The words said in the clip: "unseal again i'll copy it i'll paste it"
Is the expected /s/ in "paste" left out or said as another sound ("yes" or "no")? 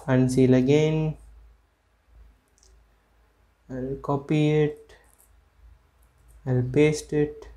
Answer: no